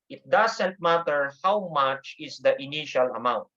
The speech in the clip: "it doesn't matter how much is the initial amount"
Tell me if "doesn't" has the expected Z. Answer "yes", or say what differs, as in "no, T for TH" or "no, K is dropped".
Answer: no, S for Z